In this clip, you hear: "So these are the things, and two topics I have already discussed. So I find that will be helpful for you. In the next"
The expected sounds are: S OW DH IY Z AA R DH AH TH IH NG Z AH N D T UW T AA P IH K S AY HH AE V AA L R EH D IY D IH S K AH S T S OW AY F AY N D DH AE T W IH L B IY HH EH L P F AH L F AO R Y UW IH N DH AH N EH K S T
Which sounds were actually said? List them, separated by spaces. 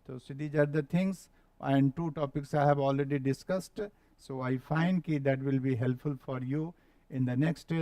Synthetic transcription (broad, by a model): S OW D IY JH AA R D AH T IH NG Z AH N D T UW T AA P IH K S AY HH AE V AA L R EH D IY D IH S K AH S T S OW AY F AY N D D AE T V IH L B IY HH EH L P F AH L F AO R Y UW IH N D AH N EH K S T